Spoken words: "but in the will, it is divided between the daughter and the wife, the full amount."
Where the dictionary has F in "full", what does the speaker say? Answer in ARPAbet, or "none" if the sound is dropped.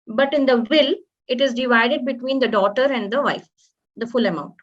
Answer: F